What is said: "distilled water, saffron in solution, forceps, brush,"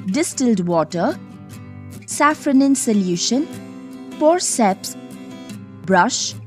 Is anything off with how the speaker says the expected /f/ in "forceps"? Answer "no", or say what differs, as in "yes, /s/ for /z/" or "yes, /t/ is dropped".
yes, /p/ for /f/